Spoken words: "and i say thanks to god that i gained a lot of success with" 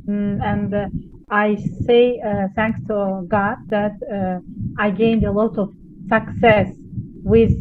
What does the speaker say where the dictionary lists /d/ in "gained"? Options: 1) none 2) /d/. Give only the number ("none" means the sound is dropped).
2